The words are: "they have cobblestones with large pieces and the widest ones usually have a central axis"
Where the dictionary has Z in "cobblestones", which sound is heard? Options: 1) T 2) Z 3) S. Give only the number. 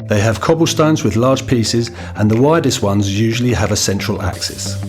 2